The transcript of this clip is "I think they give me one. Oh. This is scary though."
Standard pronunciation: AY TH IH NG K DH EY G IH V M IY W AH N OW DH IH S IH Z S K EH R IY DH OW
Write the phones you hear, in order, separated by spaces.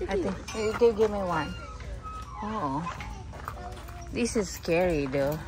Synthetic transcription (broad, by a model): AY T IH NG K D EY G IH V M IY W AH N OW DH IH S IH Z S K EH R IY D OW